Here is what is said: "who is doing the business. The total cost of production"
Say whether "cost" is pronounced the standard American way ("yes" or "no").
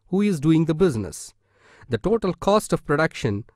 yes